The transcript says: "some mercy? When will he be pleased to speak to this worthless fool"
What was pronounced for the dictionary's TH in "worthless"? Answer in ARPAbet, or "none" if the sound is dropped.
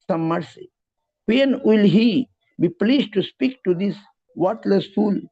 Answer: T